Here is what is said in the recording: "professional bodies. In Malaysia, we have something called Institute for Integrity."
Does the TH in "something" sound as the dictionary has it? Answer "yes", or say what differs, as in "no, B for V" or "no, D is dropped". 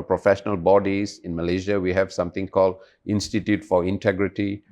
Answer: no, T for TH